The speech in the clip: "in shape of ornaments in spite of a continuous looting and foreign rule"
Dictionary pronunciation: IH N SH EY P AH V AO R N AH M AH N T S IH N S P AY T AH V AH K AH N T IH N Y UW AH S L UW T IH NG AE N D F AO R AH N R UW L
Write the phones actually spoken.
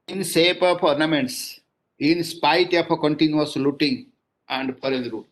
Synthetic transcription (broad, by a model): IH N S EY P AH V AO R N AH M AH N T S IH N S P AY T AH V AH K AH N T IH N Y UW AH S L UW T IH NG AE N D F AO R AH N R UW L